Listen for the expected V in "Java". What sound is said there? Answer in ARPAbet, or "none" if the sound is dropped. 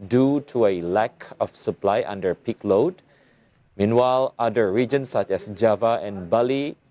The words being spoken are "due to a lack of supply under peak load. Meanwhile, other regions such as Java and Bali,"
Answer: V